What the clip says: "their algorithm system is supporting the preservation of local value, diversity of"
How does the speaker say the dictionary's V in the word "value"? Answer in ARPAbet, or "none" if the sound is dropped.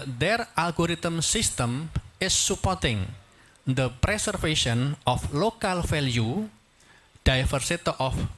F